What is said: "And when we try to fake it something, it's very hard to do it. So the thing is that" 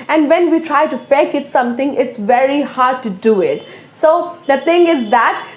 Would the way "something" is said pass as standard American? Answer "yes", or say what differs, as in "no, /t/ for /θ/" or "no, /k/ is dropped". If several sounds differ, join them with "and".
no, /t/ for /θ/